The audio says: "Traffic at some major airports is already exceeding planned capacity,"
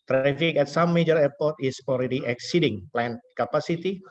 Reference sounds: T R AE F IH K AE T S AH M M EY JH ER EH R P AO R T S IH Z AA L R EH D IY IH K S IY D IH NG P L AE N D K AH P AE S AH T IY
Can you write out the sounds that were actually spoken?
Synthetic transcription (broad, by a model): T R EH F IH K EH T S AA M M EY JH ER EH P AO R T IH S AA L R EH D IY IH K S IY D IH NG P L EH N K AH P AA S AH T IY